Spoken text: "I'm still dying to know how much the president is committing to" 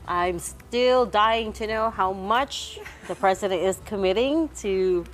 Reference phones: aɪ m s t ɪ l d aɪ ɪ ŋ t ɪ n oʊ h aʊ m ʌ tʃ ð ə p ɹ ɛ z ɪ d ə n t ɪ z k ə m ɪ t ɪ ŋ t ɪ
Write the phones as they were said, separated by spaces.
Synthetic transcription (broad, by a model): aɪ m s t ɪ l d aɪ ɪ ŋ t ɪ n oʊ h aʊ m ʌ tʃ ð ə p ɹ ɛ z ɪ d ə n t ɪ z k ə m ɪ t ɪ ŋ t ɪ